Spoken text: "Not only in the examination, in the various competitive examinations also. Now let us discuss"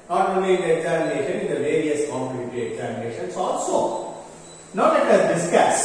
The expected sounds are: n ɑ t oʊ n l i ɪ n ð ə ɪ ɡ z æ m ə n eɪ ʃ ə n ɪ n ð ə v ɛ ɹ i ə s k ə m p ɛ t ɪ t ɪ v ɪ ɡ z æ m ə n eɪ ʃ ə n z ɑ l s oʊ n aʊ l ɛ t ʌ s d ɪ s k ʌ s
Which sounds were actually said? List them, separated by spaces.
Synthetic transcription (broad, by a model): n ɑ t oʊ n l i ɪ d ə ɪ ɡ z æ m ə n eɪ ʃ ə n ɪ n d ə v ɛ ɹ i ə s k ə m u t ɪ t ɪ ɪ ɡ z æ m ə n eɪ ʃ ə n s ɑ l s oʊ n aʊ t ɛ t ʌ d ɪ s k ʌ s